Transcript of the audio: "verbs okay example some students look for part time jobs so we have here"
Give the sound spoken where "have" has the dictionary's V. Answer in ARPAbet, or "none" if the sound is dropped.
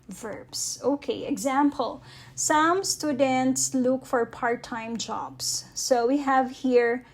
V